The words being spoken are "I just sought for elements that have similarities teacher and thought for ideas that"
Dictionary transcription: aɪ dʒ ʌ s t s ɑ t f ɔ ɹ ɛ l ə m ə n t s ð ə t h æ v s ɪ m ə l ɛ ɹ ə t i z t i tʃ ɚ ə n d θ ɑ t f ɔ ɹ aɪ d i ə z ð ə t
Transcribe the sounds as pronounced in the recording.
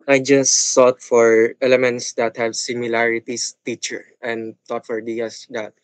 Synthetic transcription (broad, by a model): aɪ dʒ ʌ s s ɑ t f ɔ ɹ ɛ l ə m ə n t s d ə t h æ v s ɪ m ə l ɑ ɹ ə t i s t i tʃ ɚ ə n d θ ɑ t f ɔ ɹ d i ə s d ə t